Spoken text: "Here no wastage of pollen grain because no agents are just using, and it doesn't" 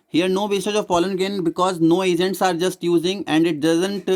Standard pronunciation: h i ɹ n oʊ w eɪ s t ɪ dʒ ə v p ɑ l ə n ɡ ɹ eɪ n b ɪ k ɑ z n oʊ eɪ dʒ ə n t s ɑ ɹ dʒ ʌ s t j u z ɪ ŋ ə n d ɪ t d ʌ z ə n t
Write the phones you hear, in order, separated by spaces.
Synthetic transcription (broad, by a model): h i ɹ n oʊ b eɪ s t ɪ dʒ ə v f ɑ l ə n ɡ eɪ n b ɪ k ɑ z n oʊ eɪ dʒ ə n t s ɑ ɹ dʒ ʌ s t j u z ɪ ŋ ə n d ɪ t d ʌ z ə n t